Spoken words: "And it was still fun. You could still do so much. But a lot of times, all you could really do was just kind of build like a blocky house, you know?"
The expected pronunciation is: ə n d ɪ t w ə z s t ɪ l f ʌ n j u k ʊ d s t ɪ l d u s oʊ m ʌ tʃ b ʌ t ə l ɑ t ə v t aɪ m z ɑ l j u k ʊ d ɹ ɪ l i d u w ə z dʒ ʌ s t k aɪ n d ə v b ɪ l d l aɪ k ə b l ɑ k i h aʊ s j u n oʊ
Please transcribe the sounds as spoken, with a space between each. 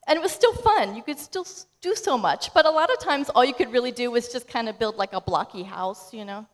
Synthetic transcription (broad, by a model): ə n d ɪ t w ə z s t ɪ l f ʌ n j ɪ k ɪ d s t ɪ l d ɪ s oʊ m ʌ tʃ b ʌ t ə l ɑ t ə v t aɪ m z ɑ l j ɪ k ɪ d ɹ ɪ l i d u w ə z dʒ ʌ s k aɪ n d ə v b ɪ l d l aɪ k ə b l ɑ k i h aʊ s j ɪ n oʊ